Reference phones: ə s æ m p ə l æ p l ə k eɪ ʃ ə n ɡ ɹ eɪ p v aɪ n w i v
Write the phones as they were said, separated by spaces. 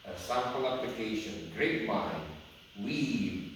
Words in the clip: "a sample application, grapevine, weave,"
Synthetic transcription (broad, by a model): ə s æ p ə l æ p l ə k eɪ ʃ ə n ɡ ɹ eɪ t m aɪ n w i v